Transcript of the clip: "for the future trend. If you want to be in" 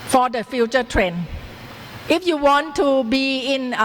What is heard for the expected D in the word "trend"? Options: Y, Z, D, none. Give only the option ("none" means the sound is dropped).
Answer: none